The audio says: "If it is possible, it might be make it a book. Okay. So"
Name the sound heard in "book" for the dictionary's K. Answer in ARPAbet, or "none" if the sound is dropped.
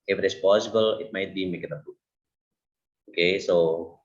none